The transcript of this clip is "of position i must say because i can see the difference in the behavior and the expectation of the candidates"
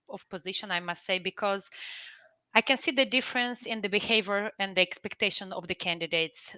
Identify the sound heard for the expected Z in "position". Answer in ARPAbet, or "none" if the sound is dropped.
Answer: Z